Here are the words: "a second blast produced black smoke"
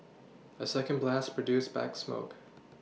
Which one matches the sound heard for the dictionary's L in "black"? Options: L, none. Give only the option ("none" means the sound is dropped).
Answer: none